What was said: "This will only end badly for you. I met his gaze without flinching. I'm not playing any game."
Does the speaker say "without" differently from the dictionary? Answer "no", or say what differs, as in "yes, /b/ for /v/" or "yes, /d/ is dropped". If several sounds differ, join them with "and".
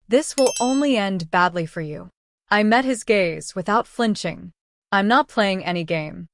no